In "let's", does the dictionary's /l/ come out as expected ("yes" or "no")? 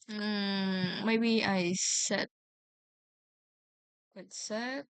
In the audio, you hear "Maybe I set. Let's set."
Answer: no